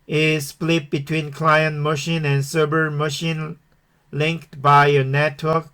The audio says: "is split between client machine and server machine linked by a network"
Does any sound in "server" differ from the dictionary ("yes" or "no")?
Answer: yes